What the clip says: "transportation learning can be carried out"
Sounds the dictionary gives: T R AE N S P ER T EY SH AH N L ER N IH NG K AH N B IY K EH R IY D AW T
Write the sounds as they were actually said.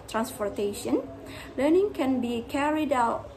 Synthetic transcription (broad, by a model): T R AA N S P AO T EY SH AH N L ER N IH NG K AH N B IY K EH R IY D AW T